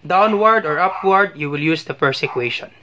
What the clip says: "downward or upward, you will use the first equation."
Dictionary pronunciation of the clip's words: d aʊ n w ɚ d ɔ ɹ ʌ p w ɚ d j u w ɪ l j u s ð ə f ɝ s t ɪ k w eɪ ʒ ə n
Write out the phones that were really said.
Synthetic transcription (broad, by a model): d aʊ n w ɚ d ɔ ɹ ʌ p w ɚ d j u w ɪ l j u s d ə p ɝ s ɪ k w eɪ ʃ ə n